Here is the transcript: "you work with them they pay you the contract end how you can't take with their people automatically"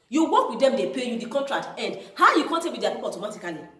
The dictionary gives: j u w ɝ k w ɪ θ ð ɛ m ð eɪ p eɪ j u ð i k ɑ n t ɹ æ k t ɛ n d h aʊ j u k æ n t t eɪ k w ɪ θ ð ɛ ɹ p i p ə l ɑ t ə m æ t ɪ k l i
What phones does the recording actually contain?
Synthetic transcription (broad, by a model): j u w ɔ k w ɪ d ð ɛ m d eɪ p eɪ j u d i k ɑ n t ɹ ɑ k t ɛ n d h aʊ j u k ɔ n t t eɪ k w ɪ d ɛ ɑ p i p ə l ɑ t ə m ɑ t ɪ k l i